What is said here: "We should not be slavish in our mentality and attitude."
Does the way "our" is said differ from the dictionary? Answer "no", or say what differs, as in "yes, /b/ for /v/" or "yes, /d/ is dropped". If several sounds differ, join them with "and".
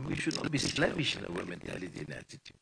yes, /w/ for /ɹ/